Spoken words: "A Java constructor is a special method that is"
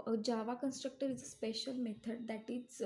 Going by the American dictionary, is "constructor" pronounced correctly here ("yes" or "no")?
yes